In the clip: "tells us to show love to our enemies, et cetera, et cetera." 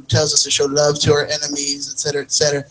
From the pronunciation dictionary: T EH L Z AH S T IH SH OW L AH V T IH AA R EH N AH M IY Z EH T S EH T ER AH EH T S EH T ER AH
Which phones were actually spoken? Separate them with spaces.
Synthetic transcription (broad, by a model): T EH L Z AH S T IH SH OW L AH V T IH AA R EH N AH M IY Z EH T S EH T ER AH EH T S EH T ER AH